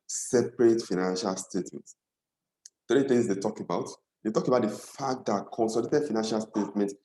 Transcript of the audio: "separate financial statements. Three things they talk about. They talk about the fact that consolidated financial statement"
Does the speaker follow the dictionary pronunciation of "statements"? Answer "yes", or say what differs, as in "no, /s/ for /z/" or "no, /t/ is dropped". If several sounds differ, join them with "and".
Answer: no, /n/ is dropped